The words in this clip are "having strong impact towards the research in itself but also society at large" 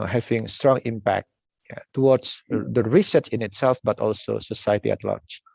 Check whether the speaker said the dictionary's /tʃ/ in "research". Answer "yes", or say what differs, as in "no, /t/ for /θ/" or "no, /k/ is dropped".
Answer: no, /s/ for /tʃ/